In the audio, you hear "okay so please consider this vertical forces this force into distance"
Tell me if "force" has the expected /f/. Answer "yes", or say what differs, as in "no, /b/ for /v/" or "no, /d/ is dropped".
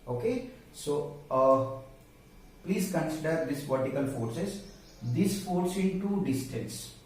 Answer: yes